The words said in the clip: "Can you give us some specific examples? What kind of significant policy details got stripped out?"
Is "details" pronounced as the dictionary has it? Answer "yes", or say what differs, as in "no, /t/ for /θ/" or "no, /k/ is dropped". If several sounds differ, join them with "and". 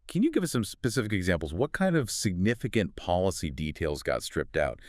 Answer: yes